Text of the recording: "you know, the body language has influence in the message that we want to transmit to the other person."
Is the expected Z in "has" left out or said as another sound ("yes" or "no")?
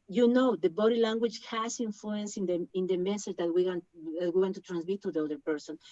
yes